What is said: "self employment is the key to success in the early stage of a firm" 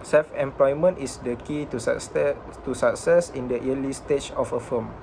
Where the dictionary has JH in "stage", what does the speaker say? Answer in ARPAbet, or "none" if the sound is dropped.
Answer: CH